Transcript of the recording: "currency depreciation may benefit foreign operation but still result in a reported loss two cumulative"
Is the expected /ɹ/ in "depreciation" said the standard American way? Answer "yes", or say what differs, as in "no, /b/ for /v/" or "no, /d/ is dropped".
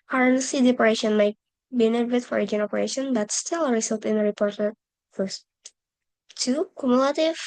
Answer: no, /ɹ/ is dropped